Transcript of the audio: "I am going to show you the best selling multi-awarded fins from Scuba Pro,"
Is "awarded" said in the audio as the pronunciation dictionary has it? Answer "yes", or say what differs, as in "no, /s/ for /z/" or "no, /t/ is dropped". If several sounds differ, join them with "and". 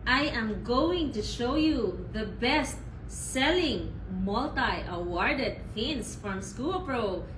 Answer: yes